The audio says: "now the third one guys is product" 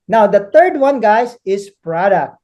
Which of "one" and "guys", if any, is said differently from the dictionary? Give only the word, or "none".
guys